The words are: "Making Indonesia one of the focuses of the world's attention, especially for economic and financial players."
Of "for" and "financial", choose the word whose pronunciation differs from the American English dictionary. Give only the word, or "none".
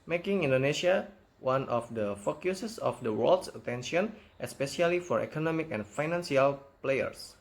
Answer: financial